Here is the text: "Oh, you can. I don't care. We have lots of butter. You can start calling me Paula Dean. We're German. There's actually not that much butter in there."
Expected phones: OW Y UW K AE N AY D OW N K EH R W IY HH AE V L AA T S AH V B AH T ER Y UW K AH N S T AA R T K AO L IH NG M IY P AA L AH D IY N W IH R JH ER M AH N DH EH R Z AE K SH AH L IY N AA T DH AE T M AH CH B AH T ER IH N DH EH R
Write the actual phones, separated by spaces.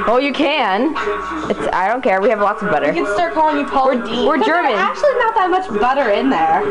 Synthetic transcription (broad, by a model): OW Y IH K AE N AY D OW N K EH R W IY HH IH V L AA T S AH V B AH T ER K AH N S T AA R T K AO L IH NG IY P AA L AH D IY W IH R JH ER M AH N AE K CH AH L IY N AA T DH AE T M AH CH B AH T ER IH N DH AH R